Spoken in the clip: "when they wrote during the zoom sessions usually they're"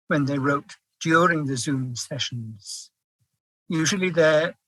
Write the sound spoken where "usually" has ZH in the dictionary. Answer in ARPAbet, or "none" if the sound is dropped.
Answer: ZH